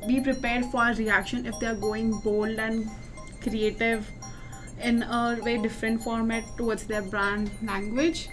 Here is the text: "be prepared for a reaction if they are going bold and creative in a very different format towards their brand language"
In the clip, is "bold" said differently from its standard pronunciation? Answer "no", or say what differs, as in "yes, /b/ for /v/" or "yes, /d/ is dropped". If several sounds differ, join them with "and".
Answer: no